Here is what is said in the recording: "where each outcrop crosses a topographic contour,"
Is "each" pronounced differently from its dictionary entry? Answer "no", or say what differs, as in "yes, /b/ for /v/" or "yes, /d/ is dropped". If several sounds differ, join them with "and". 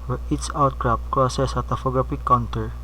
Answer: yes, /s/ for /tʃ/